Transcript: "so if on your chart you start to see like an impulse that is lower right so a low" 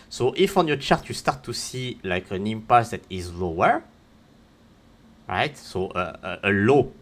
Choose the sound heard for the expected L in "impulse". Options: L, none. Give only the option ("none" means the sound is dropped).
none